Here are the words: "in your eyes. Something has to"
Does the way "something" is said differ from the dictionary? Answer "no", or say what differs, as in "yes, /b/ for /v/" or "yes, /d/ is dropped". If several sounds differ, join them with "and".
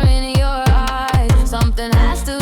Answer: no